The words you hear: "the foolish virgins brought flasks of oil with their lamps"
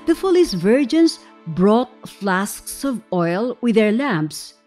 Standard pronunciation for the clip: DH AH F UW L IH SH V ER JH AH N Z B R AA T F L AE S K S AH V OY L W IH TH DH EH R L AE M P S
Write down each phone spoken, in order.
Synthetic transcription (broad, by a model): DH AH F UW L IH S V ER JH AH N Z B R AA T F L AE S K S AH V OY L W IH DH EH R L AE M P S